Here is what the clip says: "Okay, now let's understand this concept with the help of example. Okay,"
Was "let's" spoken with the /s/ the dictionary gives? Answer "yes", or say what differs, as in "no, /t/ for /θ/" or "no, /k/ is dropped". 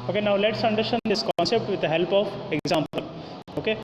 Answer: yes